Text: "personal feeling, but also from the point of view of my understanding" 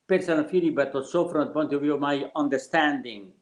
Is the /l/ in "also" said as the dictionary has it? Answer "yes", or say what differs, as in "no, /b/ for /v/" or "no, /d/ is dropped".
no, /l/ is dropped